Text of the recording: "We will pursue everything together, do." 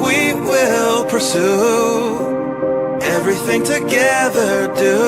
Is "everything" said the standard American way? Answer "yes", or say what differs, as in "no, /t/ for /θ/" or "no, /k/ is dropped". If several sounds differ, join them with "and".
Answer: yes